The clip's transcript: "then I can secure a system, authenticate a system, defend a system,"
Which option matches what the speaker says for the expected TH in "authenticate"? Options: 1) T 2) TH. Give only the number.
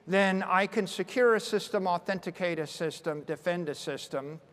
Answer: 2